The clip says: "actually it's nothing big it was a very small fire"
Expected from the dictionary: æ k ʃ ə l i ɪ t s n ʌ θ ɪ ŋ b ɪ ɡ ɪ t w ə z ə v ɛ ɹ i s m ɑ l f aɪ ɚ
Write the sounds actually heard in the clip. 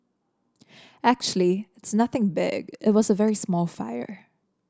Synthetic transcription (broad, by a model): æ k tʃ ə l i ɪ t s n ʌ θ ɪ ŋ b ɪ ɡ ɪ t w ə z ə v ɛ ɹ i s m ɑ l f aɪ ɚ